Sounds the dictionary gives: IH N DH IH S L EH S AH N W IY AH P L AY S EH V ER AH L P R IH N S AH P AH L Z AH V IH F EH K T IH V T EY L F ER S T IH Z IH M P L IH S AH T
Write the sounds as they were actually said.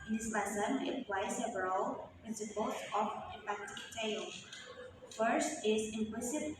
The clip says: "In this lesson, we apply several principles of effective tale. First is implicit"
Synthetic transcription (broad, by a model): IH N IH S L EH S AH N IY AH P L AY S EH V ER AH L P IH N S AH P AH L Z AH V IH P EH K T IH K T EY L F ER S T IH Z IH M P L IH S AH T